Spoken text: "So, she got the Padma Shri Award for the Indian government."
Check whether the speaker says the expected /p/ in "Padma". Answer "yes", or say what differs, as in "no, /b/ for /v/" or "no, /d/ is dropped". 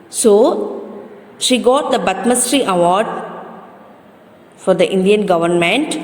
no, /b/ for /p/